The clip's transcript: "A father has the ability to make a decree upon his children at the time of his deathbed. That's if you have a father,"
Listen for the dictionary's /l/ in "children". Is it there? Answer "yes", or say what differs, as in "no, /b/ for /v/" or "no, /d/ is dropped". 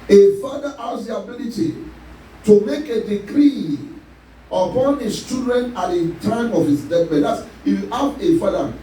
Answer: no, /l/ is dropped